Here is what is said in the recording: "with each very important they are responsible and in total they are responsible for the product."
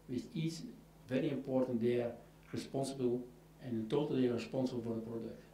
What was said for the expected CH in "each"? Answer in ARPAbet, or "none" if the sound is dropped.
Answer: S